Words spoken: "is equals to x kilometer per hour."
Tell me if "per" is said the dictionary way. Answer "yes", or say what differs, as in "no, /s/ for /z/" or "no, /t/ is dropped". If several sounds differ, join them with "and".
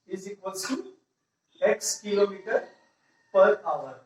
yes